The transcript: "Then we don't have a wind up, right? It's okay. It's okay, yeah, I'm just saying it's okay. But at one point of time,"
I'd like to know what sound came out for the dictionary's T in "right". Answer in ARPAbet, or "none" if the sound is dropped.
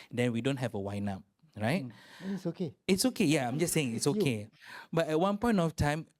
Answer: none